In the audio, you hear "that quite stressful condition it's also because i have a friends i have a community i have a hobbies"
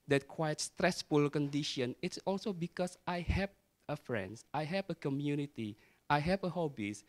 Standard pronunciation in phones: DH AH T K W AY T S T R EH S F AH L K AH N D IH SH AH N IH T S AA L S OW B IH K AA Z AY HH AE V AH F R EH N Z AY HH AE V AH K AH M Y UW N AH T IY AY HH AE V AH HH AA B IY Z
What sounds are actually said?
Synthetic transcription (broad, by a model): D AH T K W AY T S T R EH S F AH L K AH N D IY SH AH N IH T S AA L S OW B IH K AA S AY HH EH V AH F R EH N S AY HH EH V AH K AH M Y UW N AH T IY AY HH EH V AH HH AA B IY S